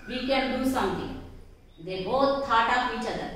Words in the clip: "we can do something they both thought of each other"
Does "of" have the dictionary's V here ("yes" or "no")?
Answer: no